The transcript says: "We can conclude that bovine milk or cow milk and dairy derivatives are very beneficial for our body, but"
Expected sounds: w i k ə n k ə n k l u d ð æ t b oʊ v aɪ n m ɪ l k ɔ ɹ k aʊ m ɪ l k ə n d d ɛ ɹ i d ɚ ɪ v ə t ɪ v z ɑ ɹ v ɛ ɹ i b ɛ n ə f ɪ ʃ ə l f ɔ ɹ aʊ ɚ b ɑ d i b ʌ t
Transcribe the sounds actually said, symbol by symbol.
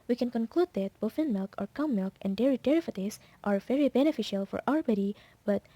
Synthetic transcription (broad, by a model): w i k ə n k ə n k l u d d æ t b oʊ f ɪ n m ɪ l k ɔ ɹ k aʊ m ɪ l k ə n d d ɛ ɹ i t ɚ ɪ f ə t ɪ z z ɑ ɹ v ɛ ɹ i b ɛ n ə f ɪ ʃ ə l f ɔ ɹ aʊ ɚ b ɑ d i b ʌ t